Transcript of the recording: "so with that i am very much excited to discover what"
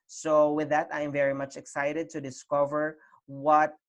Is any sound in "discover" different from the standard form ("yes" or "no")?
no